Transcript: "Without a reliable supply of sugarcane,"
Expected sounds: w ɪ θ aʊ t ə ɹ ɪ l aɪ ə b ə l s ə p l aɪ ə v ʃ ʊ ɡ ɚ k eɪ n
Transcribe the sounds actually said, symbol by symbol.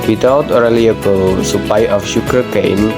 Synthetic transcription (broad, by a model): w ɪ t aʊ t ə ɹ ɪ l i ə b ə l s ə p aɪ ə f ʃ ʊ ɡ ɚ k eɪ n